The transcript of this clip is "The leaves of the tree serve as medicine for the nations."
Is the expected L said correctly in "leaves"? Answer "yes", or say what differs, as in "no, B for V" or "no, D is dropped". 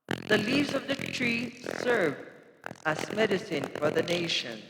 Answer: yes